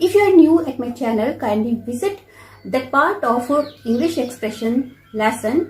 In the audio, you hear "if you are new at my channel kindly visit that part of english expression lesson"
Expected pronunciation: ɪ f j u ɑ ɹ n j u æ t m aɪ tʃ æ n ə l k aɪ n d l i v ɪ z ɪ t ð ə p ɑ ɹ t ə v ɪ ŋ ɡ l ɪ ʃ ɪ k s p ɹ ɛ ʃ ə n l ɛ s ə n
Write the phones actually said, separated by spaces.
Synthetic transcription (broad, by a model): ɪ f j u ɑ ɹ n j u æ t m aɪ tʃ æ n ə l k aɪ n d i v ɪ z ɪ t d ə p ɑ ɹ t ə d ɪ ŋ ɡ l ɪ ʃ ɪ k s p ɹ ɛ ʃ ə n l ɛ s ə n